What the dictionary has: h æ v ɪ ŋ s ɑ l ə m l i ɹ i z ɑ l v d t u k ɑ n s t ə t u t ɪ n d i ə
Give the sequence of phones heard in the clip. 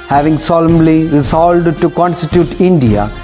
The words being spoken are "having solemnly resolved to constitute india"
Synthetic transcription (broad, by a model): h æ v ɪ ŋ s ɑ l ə m l i ɹ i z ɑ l d t u k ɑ n s t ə t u t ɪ n d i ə